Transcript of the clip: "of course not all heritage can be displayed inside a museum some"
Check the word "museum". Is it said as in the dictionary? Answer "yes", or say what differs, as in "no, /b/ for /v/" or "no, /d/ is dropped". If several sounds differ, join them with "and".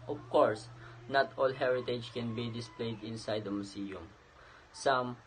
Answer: no, /s/ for /z/